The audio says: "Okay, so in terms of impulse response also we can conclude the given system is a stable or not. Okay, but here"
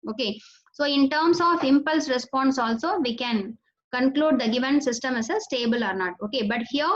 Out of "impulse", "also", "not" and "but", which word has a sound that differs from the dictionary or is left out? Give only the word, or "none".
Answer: none